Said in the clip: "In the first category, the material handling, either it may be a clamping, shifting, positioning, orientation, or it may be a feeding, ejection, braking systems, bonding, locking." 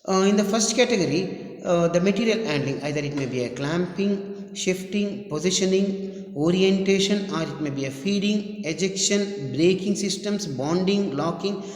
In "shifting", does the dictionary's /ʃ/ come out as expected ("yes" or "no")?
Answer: yes